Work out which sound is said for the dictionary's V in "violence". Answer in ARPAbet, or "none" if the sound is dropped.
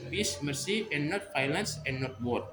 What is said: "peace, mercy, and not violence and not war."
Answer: F